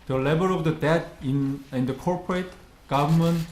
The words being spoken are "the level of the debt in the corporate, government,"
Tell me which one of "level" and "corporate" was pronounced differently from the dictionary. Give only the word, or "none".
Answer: level